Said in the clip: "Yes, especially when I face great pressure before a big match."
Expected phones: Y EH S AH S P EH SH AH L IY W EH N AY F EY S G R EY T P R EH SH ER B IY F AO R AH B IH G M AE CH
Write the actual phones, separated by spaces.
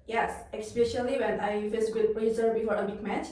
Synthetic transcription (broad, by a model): Y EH S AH S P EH SH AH L IY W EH N AY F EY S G UH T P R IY S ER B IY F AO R AH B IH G M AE CH